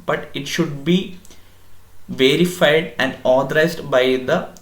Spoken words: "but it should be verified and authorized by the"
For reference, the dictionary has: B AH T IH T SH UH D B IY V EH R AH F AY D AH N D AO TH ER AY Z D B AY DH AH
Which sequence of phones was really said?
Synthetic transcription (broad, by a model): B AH T IH T SH UH D B IY V EH R AH F AY D AH N D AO T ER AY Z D B AY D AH